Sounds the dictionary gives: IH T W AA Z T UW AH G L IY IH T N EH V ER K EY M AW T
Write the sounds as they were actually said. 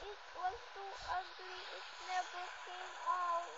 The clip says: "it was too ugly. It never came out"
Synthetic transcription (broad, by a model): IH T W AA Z T UW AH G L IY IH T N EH B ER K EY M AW